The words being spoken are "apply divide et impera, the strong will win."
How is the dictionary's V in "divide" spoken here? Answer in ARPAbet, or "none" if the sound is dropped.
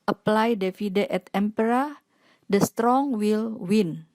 F